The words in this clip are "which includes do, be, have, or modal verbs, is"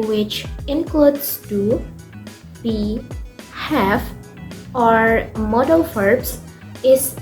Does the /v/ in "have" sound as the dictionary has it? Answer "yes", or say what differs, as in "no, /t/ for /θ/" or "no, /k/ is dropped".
no, /f/ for /v/